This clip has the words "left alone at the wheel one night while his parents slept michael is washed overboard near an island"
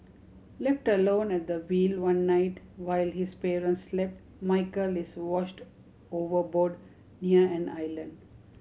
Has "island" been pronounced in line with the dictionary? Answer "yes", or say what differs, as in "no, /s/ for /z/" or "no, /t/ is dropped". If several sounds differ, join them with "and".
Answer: yes